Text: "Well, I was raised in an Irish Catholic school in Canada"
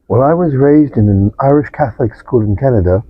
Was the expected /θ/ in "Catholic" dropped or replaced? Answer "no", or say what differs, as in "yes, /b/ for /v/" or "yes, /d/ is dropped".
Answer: no